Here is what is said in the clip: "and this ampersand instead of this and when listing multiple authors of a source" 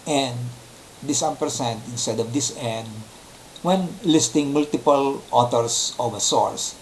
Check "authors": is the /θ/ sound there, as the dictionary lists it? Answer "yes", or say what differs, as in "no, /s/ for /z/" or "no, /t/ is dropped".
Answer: no, /t/ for /θ/